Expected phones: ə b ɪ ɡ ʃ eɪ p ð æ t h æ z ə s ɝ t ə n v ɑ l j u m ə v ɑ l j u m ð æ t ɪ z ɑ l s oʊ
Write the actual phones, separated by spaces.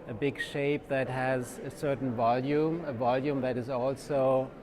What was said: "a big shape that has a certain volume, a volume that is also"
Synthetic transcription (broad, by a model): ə b ɪ ɡ ʃ eɪ p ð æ t h æ z ə s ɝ t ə n v ɑ l j u m ə v ɑ l j u m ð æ t ɪ z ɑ l s oʊ